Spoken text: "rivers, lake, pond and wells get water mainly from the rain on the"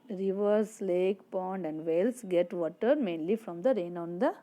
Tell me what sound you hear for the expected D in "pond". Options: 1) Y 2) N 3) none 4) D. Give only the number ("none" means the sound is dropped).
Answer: 4